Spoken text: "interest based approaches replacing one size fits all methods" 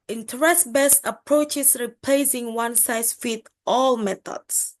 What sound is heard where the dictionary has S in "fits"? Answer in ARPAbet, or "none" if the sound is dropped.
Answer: none